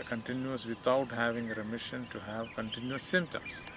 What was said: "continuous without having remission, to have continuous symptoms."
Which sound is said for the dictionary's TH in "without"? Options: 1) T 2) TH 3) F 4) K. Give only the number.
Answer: 1